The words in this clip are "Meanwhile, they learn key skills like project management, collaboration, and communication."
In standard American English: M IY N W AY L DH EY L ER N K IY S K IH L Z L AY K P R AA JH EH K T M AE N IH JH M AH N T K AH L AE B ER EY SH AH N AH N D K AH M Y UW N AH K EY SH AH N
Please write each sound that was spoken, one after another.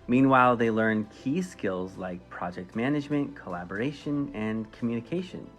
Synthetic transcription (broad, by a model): M IY N W AY L DH EY L ER N K IY S K IH L Z L AY K P R AA JH EH K T M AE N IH JH M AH N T K AH L AE B ER EY SH AH N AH N K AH M Y UW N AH K EY SH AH N